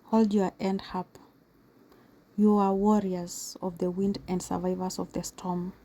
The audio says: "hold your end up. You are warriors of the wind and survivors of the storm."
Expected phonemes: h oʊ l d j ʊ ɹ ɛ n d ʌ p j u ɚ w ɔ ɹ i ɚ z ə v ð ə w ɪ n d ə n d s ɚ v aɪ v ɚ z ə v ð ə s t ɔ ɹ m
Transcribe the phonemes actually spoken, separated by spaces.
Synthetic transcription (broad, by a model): h oʊ l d j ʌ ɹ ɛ n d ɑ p j u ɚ w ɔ ɹ i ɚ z ə v ð ə w ɪ n d ə n d s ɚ v aɪ v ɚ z ə v ð ə s t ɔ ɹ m